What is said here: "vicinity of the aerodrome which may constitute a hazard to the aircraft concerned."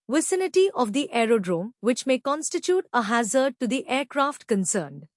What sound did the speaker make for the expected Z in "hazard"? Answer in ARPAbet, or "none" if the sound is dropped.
Z